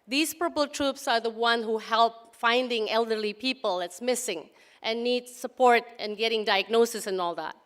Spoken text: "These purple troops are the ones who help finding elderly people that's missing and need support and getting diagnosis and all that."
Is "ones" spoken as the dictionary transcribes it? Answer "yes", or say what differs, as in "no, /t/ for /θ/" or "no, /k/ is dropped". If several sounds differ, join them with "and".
no, /z/ is dropped